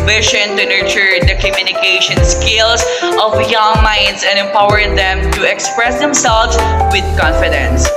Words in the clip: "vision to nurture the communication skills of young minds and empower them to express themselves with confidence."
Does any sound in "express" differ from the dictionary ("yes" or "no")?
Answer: no